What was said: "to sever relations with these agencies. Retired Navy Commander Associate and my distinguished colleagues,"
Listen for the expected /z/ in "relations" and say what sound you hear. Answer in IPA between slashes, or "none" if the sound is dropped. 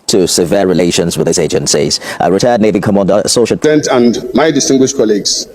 /z/